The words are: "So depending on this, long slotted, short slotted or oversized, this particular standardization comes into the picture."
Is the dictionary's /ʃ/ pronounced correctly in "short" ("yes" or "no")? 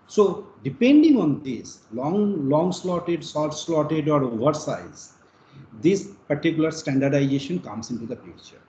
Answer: no